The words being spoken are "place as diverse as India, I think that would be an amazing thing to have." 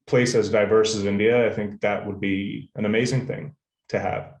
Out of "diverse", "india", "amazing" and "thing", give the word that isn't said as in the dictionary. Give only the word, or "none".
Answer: none